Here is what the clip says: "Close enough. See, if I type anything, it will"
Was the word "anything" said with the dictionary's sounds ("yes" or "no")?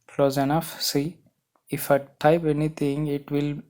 no